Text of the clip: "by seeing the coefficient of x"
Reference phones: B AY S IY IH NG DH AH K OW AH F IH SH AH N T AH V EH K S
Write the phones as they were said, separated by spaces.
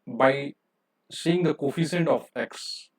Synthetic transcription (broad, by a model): B AY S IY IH NG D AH K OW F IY S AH N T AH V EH K S